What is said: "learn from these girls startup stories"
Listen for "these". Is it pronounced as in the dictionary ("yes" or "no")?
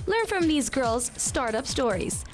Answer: yes